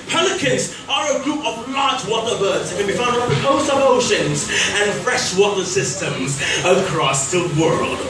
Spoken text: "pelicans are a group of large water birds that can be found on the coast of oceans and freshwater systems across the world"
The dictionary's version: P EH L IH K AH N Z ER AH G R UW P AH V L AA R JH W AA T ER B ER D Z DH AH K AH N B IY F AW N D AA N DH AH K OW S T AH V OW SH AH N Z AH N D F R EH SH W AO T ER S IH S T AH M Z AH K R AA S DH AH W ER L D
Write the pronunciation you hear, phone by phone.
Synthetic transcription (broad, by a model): P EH L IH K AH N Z ER AH G R UW P AH V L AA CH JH W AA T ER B ER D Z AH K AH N B IY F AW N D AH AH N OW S AH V OW SH AH N Z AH N F R EH SH W AO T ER S IH S T AH M Z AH K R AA S DH AH W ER L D